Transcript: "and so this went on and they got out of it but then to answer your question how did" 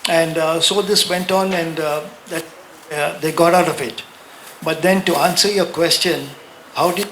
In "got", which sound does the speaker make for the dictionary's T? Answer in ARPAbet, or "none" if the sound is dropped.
T